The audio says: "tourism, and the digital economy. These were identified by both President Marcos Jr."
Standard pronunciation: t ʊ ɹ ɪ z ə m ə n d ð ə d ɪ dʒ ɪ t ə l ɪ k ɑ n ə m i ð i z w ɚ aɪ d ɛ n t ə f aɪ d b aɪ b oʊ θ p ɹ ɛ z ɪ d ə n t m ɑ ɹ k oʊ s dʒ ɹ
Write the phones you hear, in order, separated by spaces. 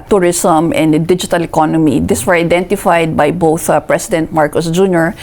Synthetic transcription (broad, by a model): t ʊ ɹ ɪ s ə m ə n d d ɪ dʒ ɪ t ə l ɪ k ɑ n ə m i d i s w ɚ aɪ d ɛ n t ə f aɪ d b aɪ b oʊ θ p ɹ ɛ s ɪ d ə n t m ɑ ɹ k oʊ s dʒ ɹ